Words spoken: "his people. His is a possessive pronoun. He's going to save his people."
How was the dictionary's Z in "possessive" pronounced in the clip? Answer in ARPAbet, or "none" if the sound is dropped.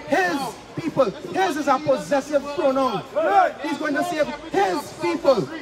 Z